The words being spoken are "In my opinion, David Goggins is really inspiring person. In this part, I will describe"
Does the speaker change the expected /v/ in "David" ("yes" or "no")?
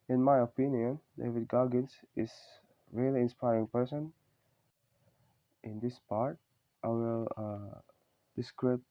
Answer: no